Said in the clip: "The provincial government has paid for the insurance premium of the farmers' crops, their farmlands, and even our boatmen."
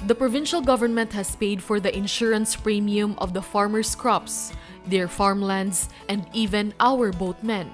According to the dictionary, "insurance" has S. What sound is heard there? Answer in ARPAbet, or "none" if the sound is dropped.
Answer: S